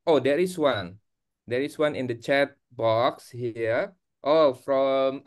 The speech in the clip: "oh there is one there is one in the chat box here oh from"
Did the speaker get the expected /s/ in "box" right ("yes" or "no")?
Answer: yes